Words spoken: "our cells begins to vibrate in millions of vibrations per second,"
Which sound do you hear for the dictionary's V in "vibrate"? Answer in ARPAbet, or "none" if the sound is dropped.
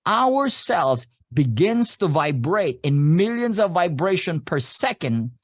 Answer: V